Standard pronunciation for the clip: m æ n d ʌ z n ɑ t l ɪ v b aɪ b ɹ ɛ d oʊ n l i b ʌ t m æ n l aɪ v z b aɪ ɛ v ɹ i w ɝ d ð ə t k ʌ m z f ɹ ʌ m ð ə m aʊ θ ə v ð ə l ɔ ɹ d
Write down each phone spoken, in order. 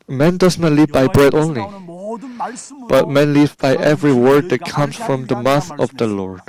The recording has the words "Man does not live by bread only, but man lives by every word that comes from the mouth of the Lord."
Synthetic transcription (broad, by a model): m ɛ n d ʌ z n ɑ t l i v b aɪ b ɹ ɛ d oʊ n l i b ʌ t m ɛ n l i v b aɪ ɛ v ɹ i w ɝ d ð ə t k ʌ m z f ɹ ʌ m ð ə m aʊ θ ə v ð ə l ɔ ɹ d